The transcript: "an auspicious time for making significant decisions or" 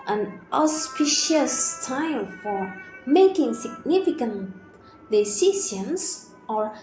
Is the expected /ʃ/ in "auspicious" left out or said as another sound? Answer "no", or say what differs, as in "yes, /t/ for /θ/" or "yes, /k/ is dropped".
no